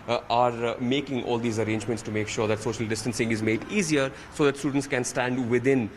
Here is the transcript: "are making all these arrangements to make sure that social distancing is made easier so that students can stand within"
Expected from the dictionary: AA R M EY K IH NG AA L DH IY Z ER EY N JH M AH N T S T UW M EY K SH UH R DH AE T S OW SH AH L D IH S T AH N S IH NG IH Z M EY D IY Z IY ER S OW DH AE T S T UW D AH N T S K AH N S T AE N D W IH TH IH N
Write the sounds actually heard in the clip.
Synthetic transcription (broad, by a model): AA R M EY K IH NG AA L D IY Z ER EY N JH M AH N T S T UW M EY K SH UH R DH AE T S OW SH AH L D IH S T AH N S IH NG IH Z M EY D IY Z IY ER S OW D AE T S T UW D AH N T S K AH N S T AE N D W IH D IH N